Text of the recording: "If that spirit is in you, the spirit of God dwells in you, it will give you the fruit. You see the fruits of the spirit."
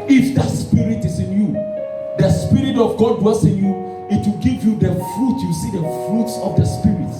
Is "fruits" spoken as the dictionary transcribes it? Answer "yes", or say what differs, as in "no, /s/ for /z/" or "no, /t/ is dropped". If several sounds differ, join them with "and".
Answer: yes